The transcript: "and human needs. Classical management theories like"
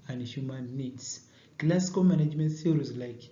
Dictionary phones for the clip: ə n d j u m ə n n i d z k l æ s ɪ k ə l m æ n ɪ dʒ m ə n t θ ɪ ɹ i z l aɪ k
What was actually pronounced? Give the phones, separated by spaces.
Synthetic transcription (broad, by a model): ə n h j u m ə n n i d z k l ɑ s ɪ k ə m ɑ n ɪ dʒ m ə n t s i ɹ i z l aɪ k